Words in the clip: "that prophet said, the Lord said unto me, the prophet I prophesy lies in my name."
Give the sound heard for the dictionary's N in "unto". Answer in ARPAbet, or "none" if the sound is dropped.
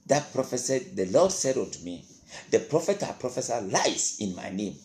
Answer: none